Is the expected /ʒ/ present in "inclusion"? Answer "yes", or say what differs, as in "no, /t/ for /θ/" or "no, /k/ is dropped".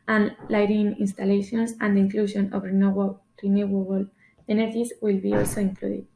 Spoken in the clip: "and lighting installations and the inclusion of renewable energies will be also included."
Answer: no, /ʃ/ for /ʒ/